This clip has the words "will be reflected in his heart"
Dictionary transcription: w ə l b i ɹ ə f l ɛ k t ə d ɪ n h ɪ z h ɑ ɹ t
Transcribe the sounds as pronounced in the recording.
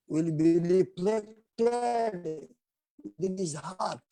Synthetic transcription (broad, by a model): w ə l b i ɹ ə p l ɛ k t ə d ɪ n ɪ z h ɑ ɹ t